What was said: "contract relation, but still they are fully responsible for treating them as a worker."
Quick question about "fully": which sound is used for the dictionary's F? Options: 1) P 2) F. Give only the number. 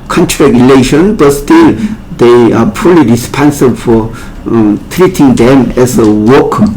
1